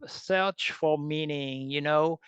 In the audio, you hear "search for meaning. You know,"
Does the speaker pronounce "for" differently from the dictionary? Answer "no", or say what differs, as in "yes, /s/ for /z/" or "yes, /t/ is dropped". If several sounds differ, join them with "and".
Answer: yes, /l/ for /ɹ/